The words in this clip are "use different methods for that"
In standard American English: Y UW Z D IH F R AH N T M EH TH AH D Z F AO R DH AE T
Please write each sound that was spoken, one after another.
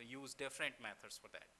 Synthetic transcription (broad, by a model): Y UW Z D IH F R AH N T M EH T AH D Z F AO R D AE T